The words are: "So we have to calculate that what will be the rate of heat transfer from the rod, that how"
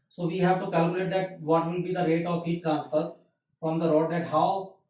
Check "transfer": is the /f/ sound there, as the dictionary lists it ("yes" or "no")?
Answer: no